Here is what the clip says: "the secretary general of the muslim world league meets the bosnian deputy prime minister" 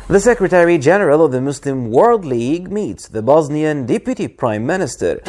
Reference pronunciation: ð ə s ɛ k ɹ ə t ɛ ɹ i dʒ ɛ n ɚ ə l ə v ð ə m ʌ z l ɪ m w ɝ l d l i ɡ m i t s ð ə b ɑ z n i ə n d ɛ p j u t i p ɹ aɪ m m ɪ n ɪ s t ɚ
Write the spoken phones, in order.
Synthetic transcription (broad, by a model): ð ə s ɛ k ɹ ə t ɛ ɹ i dʒ ɛ n ɚ ə l ə v ð ə m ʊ s l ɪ m w ɝ l d l i ɡ m i t s ð ə b ɑ z n i ə n d ɛ p j u t i p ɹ aɪ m m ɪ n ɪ s t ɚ